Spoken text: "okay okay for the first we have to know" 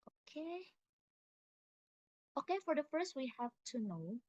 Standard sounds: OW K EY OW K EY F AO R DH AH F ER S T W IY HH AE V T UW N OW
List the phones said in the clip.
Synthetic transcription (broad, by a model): OW K EY OW K EY F AO R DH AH F ER S T W IY HH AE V T UW N OW